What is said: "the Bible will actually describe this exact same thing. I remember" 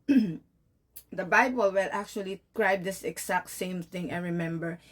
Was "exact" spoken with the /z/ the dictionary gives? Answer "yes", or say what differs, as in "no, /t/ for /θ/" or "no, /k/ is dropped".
no, /s/ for /z/